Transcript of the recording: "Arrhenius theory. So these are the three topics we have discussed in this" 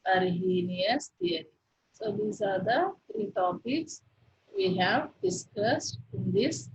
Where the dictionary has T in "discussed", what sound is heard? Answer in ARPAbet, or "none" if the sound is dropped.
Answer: T